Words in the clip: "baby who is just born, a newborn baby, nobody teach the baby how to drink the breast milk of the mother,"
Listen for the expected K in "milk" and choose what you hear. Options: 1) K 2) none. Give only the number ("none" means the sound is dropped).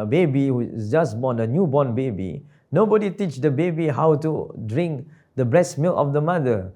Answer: 2